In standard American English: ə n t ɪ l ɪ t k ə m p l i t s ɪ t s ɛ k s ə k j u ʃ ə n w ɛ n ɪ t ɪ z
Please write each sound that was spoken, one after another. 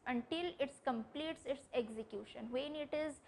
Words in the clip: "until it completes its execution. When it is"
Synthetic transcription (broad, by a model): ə n t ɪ l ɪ t k ə m p l i t s ɪ t s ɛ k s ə k j u ʃ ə n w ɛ n ɪ t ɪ z